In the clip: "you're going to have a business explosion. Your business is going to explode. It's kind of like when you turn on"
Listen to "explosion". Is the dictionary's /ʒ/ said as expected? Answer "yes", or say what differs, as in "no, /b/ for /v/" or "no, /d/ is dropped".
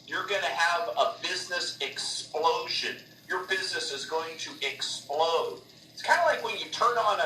yes